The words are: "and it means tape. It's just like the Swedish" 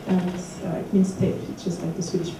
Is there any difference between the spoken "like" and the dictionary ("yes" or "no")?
no